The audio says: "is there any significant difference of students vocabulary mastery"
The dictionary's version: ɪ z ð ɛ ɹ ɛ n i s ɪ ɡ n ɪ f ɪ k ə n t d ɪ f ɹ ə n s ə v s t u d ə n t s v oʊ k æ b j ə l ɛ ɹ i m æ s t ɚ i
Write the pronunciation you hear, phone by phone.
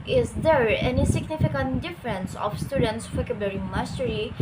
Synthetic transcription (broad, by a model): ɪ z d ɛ ɹ ɛ n i s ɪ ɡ n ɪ f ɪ k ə n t d ɪ f ɹ ə n s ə f s t u d ə n t s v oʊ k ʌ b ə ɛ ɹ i m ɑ s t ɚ i